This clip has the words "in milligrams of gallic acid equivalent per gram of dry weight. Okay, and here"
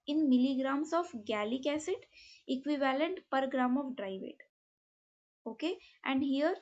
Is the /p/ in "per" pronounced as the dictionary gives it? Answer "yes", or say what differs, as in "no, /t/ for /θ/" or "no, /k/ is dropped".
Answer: yes